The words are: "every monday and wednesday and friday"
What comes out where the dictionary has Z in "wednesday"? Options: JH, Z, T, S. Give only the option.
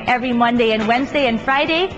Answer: Z